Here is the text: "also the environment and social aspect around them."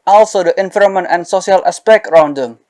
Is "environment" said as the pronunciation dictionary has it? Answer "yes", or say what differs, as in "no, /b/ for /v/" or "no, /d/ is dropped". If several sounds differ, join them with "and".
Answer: no, /f/ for /v/ and /n/ is dropped